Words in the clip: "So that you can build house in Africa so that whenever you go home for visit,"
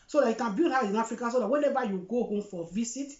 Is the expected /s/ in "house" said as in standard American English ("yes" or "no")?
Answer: no